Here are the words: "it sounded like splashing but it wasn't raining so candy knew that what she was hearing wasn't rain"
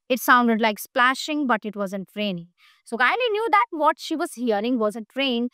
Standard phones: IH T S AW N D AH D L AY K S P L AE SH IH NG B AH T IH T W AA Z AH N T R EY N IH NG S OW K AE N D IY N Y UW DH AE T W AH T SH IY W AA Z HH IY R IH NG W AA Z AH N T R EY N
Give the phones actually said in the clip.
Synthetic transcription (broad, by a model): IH T S AW N D AH D L AY K S P L AE SH IH NG B AH T IH T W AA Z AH N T R EY N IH S OW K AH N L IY N Y UW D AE T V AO T SH IY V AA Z HH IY R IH NG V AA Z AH T R EY N